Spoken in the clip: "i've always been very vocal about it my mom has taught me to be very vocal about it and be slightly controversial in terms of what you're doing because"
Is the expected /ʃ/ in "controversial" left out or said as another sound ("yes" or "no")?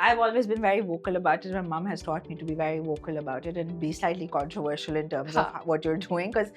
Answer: no